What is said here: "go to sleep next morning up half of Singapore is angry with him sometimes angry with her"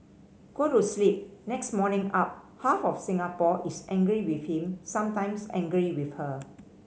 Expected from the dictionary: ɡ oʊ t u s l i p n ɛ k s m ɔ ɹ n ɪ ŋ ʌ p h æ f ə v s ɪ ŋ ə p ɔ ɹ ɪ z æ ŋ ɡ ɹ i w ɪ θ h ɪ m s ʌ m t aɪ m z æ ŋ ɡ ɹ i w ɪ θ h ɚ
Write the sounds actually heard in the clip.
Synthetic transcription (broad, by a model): ɡ oʊ t u s l i p n ɛ k s m ɔ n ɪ ŋ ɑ p h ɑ f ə f s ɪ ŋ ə p ɔ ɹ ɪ s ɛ ŋ ɡ ɹ i w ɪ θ h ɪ m s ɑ m t aɪ m s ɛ ŋ ɡ ɹ i w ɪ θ h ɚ